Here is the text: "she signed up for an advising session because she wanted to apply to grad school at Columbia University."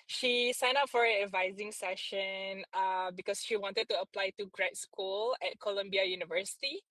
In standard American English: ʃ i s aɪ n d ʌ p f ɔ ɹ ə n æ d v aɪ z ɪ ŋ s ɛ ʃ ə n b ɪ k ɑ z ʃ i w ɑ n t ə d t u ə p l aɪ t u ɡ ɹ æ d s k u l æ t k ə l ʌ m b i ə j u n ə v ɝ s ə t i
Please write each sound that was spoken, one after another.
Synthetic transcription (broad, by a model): ʃ i s aɪ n ɑ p f ɔ ɹ ə n æ d v aɪ z ɪ ŋ s ɛ ʃ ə n b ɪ k ɑ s ʃ i w ɑ n t ə d t u ə p l aɪ t u ɡ ɹ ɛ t s k u l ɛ t k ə l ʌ m b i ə j u n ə v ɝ s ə t i